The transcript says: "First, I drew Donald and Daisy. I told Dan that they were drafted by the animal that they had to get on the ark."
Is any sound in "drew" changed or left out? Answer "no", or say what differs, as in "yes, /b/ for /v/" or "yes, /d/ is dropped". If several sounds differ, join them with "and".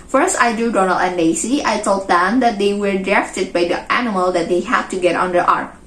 yes, /ɹ/ is dropped